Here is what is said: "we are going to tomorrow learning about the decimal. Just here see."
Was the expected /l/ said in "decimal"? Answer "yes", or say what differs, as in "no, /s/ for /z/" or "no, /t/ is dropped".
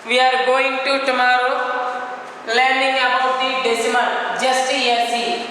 no, /n/ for /l/